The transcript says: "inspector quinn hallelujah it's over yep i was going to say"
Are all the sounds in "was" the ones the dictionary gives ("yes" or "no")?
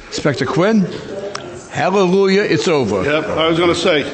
yes